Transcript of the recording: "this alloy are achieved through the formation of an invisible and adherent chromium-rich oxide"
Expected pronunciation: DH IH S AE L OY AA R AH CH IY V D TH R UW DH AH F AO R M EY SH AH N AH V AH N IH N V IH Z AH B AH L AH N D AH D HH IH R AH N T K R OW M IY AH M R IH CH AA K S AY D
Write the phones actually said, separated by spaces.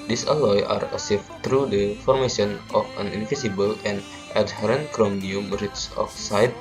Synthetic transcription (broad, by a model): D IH S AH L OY AA R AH S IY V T R UW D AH F AO R M EY SH AH N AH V AH N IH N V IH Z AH B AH L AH N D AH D HH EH R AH N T K R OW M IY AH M R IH S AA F S AY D